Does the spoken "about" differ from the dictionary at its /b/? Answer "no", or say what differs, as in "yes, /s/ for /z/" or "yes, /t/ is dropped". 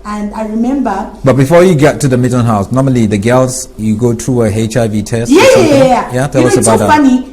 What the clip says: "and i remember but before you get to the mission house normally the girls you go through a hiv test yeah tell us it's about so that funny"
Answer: yes, /b/ is dropped